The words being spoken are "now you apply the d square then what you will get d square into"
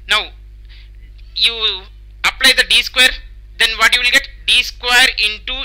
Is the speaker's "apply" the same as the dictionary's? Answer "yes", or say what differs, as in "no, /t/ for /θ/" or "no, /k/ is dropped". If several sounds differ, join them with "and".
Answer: yes